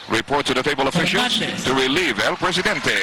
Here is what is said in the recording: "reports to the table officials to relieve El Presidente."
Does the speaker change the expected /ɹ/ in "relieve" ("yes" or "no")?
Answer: no